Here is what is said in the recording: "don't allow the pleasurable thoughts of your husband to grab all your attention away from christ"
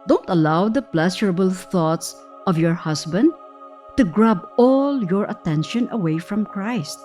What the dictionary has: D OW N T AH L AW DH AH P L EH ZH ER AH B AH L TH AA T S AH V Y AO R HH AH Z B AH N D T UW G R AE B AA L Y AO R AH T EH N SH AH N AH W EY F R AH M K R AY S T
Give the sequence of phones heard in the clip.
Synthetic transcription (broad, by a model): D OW N T AH L AW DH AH P L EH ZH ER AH B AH L TH AA T S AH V Y AO R HH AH S B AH N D T UW G R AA B AA L Y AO R AH T EH N SH AH N AH W EY F R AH M K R AY S T